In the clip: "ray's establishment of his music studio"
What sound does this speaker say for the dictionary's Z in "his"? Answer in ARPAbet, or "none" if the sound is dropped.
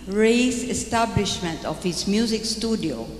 S